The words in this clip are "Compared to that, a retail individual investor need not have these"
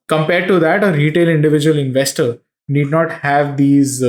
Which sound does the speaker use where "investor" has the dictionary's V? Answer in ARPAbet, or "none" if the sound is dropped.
V